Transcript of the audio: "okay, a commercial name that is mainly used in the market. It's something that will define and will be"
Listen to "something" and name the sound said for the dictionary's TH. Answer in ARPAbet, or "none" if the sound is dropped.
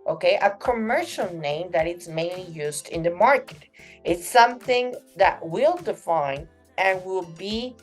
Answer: TH